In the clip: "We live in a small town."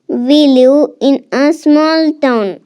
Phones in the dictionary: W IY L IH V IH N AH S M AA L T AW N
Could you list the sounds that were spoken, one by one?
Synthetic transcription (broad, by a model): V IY L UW IH N AH S M AA L T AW N